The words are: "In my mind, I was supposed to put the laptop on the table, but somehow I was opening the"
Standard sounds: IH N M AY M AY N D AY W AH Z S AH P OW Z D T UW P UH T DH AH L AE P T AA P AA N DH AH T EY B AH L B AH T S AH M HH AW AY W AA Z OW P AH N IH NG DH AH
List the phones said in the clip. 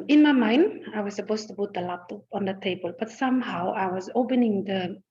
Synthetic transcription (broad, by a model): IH N M AY M AY N D AY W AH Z S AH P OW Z T UW P UH T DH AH L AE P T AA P AA N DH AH T EY B AH L B AH T S AH M HH AW AY W AA Z OW P AH N IH NG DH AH